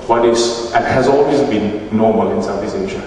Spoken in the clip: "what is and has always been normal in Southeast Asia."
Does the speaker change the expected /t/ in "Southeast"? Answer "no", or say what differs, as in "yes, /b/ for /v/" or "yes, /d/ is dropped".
yes, /t/ is dropped